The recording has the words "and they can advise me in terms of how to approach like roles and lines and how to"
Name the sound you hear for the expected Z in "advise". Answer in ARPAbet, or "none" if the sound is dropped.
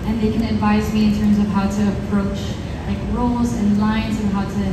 Z